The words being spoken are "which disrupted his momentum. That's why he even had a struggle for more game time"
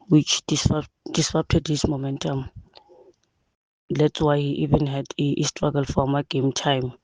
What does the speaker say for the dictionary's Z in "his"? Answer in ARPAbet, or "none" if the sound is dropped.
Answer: S